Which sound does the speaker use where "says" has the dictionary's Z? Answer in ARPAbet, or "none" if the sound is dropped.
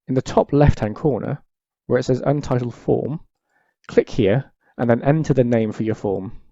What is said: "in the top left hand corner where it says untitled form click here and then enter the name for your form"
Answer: Z